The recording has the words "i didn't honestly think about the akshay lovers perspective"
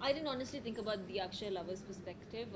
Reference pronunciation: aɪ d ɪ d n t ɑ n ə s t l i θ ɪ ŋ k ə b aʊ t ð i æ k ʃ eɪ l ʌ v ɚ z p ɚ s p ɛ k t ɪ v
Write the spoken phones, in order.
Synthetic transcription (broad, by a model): aɪ d ɪ d n t ɑ n ə s t l i t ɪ ŋ k ə b aʊ t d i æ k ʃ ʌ l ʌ v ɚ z p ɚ s p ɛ k t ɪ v